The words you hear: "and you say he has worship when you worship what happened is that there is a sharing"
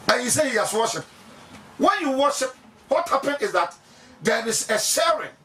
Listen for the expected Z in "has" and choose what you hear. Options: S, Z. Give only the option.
S